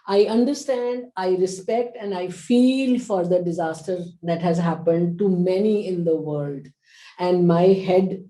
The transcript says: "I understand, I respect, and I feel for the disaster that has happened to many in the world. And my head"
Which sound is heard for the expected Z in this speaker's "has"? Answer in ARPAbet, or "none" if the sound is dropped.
Z